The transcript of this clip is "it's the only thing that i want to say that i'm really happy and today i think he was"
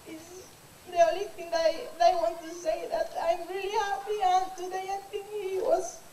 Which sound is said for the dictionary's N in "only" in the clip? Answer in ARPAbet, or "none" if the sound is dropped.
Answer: none